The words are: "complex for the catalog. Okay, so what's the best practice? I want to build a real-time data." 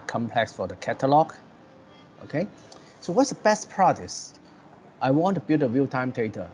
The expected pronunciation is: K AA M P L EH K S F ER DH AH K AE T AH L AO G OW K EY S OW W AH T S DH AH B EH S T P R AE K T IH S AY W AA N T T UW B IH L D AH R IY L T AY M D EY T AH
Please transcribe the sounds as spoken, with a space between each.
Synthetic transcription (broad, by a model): K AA M P L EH K S F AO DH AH K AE T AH L AO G OW K EY S OW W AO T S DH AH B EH S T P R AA T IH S AY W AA N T T UW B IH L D AH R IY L T AY M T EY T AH